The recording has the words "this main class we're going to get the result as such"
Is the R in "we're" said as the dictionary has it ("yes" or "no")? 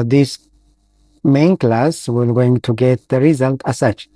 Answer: no